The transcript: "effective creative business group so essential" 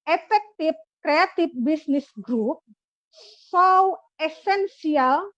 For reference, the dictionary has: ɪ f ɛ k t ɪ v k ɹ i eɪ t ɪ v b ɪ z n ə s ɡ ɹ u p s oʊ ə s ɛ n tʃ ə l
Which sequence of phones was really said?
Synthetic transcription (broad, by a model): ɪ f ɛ k t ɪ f k ɹ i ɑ t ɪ f b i s n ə s ɡ ɹ u p s oʊ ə s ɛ n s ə l